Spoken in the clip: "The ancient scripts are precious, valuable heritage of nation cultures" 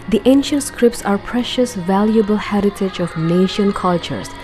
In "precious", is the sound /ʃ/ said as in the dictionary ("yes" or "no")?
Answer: yes